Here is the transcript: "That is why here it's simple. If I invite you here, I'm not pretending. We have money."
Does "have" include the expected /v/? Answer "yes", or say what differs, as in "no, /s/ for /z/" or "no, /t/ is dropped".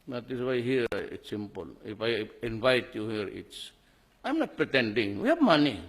no, /b/ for /v/